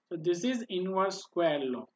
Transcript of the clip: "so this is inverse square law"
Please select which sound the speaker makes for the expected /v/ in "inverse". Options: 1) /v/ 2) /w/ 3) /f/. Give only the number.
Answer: 2